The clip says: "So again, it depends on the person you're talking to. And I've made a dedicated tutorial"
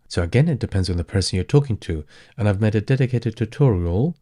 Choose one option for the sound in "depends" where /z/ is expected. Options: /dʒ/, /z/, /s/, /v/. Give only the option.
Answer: /z/